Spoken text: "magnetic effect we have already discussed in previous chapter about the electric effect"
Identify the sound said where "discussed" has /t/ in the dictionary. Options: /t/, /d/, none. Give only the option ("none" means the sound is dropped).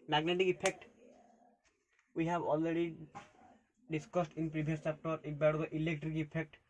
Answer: /t/